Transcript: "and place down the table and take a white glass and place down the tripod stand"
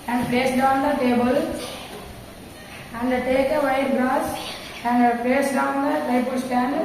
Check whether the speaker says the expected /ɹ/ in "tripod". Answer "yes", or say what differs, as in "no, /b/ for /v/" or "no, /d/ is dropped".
no, /ɹ/ is dropped